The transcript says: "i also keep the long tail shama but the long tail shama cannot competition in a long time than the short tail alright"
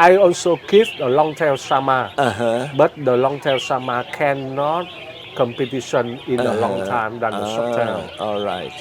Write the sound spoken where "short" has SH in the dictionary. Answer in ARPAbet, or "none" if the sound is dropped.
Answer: S